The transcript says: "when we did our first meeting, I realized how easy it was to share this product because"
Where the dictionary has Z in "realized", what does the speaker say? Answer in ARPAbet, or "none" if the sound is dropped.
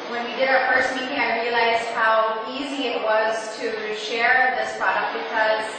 Z